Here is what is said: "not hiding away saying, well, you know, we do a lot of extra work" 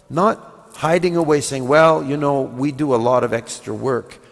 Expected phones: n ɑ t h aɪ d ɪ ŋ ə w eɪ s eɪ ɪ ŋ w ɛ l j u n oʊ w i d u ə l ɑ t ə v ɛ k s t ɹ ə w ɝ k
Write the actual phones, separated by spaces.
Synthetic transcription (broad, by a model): n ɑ t h aɪ d ɪ ŋ ə w eɪ s eɪ ɪ ŋ w ɛ l j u n oʊ w i d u ə l ɑ t ə v ɛ k s t ɹ ə w ɝ k